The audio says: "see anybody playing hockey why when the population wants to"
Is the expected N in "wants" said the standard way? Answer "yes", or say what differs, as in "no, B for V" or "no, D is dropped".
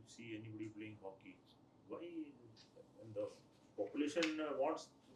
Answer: no, N is dropped